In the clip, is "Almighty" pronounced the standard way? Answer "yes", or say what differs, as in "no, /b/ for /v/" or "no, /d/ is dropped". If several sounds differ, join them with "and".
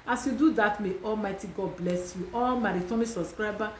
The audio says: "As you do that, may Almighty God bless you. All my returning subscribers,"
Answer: yes